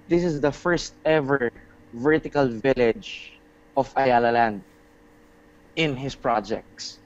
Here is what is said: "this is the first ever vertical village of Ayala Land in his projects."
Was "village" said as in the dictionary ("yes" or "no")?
yes